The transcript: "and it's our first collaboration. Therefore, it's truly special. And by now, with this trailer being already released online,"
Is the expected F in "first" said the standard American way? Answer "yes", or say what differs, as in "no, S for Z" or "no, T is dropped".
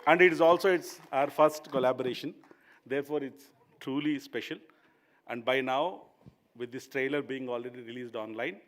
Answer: yes